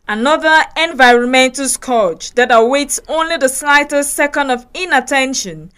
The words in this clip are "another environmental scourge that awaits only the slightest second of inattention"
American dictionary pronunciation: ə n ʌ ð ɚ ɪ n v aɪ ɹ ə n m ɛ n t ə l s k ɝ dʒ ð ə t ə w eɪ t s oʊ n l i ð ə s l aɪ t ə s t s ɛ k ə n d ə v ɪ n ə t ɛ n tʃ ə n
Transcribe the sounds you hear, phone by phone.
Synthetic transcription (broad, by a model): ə n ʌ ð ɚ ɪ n v aɪ ɹ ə n m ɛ n t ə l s k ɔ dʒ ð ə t ə w eɪ t s oʊ n l i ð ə s l aɪ t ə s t s ɛ k ə n d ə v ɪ n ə t ɛ n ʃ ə n